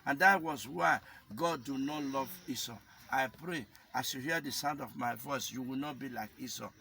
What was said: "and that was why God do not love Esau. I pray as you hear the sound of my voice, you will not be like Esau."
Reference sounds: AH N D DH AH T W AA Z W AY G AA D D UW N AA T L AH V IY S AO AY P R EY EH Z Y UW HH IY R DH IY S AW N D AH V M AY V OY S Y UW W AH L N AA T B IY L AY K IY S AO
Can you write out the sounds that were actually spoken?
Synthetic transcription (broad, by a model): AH N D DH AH T W AA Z W AY G AA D D UW N AA T L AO V IY S AO AY P R EY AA S Y UW HH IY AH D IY S AW N D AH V M AY V OY S Y UW W AH L N AA T B IY L AY K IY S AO